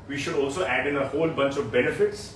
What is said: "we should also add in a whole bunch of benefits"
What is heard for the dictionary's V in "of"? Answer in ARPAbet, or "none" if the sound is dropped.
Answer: V